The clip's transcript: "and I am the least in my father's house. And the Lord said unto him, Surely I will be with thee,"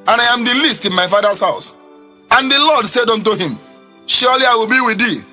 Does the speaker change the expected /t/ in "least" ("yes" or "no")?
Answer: no